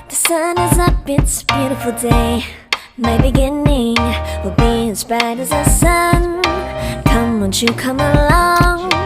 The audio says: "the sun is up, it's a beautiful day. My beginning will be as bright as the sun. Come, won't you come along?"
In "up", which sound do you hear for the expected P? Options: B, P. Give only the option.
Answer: B